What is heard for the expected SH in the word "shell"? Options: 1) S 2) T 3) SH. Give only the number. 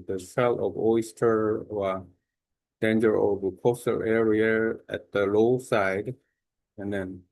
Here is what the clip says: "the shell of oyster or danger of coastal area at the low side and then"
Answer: 1